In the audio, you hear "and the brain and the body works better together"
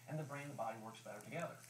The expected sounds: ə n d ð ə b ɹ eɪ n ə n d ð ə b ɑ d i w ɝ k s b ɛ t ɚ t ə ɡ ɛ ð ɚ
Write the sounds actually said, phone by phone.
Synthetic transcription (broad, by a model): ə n ð ə b ɹ eɪ ə n ð ə b ɑ d i w ɝ k s b ɛ t ɚ t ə ɡ ɛ ð ɚ